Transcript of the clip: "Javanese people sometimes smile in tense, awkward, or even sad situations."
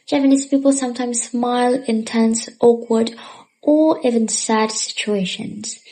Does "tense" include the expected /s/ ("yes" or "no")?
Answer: yes